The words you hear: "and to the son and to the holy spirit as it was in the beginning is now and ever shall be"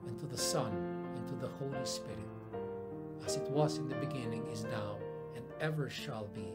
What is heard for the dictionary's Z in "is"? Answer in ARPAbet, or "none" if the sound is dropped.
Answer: Z